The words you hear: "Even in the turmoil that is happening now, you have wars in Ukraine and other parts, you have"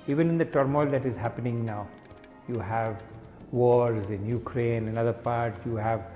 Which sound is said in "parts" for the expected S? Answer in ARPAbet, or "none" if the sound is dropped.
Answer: none